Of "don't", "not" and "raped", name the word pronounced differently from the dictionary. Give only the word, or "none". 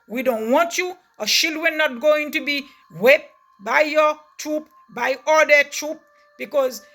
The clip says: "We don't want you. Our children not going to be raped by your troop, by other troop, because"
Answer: raped